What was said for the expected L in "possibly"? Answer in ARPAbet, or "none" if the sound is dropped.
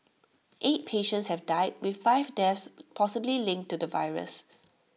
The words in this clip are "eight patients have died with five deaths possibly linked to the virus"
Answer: L